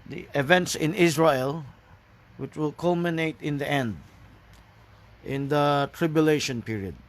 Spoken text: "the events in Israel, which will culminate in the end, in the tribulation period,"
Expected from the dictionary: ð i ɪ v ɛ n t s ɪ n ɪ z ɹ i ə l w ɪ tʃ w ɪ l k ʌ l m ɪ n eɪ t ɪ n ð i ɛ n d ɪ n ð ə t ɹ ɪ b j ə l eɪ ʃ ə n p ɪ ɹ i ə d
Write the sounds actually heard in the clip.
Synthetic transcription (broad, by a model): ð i ɪ v ɛ n t s ɪ n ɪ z ɹ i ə l w ɪ tʃ w ɪ l k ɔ l m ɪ n eɪ t ɪ n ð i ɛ n d ɪ n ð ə t ɹ ɪ b j ə l eɪ ʃ ə n p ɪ ɹ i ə d